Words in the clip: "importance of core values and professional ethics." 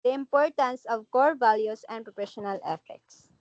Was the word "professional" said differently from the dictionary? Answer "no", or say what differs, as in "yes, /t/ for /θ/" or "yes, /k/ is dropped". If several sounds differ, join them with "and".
yes, /p/ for /f/